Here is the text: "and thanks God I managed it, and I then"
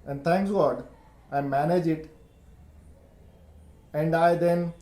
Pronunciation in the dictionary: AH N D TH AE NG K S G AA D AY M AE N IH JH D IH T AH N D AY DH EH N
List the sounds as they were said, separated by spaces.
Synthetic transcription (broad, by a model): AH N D T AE NG K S G AA D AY M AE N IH JH IH T AH N D AY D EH N